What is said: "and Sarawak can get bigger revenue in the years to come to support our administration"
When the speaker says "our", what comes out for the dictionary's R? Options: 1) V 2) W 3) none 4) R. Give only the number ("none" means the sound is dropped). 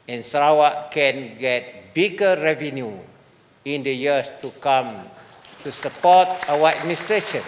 2